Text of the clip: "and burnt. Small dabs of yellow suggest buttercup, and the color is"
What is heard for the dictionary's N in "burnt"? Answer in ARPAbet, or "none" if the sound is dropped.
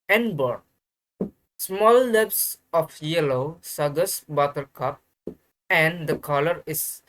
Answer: none